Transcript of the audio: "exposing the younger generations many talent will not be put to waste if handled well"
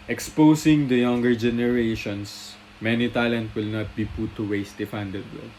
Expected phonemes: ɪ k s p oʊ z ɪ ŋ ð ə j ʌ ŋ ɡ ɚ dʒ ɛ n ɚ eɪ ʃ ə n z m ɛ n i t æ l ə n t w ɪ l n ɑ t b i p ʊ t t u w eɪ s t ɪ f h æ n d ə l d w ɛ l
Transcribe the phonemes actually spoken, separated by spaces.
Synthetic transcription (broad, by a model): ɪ k s p oʊ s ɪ ŋ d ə j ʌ ŋ ɡ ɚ dʒ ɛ n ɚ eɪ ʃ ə n s m ɛ n i t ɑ l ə n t w ɪ l n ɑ t b i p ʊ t t u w eɪ s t ɪ f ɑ n d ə d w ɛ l